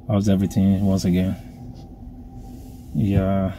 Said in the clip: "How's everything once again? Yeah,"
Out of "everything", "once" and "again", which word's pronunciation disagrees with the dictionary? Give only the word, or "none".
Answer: none